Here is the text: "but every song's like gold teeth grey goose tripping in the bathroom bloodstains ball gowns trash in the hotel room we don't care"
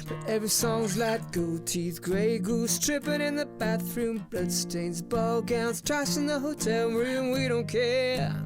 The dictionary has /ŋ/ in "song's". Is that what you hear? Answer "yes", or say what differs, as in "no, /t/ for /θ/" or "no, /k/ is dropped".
yes